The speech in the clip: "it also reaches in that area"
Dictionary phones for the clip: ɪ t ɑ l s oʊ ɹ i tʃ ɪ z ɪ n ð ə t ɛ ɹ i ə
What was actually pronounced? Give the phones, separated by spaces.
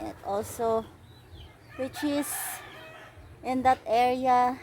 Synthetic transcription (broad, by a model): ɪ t ɑ l s oʊ w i tʃ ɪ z ɪ n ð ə t ɛ ɹ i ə